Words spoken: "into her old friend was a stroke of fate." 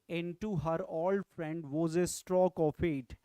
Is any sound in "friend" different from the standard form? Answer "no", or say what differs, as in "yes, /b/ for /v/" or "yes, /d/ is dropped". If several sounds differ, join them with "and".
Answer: no